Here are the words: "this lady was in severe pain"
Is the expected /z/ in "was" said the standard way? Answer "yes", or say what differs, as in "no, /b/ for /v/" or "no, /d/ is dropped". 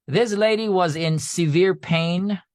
yes